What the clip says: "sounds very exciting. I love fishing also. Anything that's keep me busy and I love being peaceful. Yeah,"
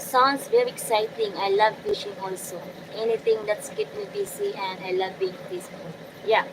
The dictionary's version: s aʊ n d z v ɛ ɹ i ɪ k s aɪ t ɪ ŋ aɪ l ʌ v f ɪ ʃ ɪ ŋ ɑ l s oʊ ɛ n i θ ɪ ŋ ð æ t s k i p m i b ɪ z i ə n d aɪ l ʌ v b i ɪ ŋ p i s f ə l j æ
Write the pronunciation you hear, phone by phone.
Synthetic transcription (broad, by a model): s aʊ n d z v ɛ ɹ i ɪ k s aɪ t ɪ ŋ aɪ l ʌ v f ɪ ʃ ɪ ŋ ɑ l s oʊ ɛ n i t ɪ ŋ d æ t s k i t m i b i s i ə n d aɪ l ʌ v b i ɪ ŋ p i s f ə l j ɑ